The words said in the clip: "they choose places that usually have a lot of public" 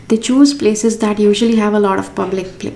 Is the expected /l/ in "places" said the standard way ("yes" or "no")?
yes